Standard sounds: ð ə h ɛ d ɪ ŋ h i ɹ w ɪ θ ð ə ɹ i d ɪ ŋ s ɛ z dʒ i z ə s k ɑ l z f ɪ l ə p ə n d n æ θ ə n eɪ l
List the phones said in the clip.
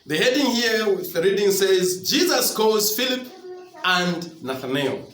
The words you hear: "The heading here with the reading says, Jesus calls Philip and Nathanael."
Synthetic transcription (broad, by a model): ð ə h ɛ d ɪ ŋ h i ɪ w ð ə ɹ i d ɪ ŋ s ɛ z dʒ i z ə s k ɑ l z f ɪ l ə p ə n d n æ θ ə n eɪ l